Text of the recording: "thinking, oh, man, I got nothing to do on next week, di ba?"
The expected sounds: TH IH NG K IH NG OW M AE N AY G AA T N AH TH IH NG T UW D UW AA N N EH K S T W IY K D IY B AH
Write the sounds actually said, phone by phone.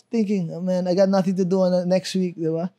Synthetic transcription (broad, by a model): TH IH NG K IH NG OW M AE N AY G AA T N AH TH IH NG T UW D UW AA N N EH K S T W IY K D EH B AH